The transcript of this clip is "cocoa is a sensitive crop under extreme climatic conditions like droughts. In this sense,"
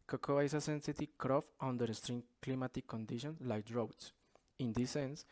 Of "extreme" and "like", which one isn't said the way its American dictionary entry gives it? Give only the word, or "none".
extreme